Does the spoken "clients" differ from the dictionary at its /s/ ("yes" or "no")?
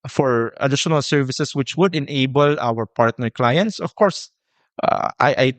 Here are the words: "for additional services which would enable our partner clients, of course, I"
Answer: no